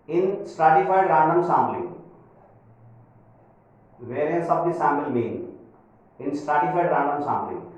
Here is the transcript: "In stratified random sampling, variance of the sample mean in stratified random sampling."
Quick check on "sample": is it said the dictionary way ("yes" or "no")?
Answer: no